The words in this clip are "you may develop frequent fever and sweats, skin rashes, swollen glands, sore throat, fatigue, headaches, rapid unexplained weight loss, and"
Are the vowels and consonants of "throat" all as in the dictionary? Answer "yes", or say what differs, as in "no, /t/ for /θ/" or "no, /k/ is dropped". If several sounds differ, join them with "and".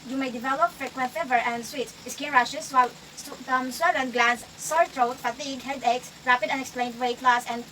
no, /t/ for /θ/